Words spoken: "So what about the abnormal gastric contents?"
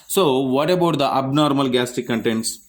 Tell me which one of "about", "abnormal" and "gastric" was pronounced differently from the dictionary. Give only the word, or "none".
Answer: gastric